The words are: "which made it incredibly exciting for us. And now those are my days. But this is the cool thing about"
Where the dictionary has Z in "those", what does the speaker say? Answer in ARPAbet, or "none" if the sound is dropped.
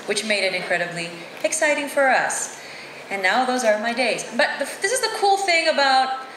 Z